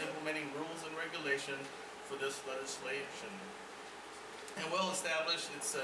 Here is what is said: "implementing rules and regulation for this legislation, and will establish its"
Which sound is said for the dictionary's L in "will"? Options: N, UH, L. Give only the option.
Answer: L